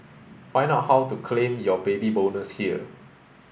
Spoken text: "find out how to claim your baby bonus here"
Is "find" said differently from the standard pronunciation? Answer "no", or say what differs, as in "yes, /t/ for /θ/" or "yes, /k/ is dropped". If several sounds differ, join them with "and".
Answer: yes, /d/ is dropped